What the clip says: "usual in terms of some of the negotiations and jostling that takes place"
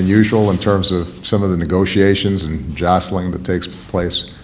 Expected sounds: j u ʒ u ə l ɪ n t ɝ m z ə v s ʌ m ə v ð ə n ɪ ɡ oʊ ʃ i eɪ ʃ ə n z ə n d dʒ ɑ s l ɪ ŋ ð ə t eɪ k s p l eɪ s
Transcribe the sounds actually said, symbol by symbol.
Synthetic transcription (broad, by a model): j u ʒ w l ɪ n t ɝ m z ə v s ʌ m ə v ð ə n ɪ ɡ oʊ ʃ i eɪ ʃ ə n z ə n dʒ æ s l ɪ ŋ ð ə t eɪ k s p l eɪ s